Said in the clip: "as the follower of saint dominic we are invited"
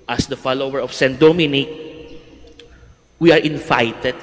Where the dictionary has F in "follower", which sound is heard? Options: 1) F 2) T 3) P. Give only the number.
1